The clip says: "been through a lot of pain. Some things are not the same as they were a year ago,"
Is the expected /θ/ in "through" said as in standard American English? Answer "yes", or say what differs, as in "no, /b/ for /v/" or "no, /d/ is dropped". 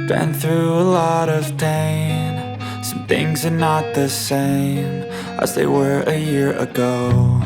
yes